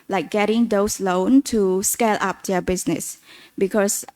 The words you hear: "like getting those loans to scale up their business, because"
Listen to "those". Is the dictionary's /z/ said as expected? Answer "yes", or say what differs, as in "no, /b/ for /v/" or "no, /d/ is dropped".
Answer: no, /s/ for /z/